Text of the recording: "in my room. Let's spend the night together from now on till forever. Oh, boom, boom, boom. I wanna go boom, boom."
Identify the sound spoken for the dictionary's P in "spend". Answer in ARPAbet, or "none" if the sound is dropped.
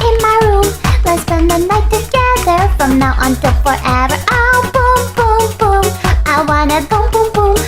none